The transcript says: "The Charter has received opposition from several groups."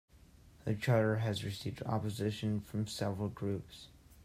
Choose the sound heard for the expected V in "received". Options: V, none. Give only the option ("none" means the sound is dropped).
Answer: V